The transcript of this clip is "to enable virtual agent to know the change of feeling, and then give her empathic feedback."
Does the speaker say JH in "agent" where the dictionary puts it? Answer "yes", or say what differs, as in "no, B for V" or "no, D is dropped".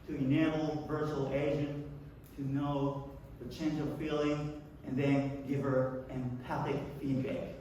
no, ZH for JH